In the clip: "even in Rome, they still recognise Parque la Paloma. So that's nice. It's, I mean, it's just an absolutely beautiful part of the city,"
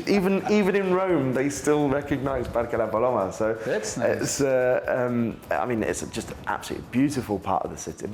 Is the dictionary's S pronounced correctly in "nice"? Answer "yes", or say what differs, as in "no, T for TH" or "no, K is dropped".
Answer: no, S is dropped